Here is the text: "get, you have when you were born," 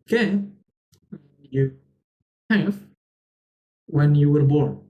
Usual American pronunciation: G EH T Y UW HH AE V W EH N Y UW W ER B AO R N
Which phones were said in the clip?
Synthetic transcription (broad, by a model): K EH Y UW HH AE F W EH N Y UW W ER B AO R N